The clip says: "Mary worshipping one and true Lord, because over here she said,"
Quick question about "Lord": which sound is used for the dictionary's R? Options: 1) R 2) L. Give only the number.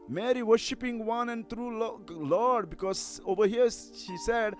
2